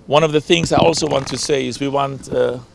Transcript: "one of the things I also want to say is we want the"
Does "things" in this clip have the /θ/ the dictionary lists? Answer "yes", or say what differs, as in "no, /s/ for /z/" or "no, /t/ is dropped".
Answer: yes